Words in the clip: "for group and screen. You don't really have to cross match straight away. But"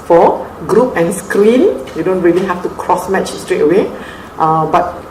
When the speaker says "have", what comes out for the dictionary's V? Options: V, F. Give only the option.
F